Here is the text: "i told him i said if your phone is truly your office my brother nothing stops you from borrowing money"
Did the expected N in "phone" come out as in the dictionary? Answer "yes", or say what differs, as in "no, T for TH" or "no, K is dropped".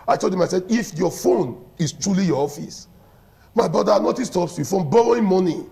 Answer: yes